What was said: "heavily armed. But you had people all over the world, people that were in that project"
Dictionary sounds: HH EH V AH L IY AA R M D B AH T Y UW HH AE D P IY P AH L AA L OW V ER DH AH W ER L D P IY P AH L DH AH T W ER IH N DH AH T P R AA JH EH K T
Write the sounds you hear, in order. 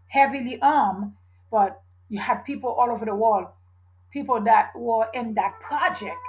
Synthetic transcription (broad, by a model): HH EH V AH L IY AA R M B AH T Y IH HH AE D P IY P L AA L OW V ER DH AH W ER L D P IY P L DH AH T W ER IH N DH AH T P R AA JH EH K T